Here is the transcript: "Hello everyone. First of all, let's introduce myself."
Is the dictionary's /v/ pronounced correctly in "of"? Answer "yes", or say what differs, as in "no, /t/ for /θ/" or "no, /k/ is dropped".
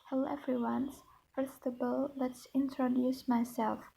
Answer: no, /b/ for /v/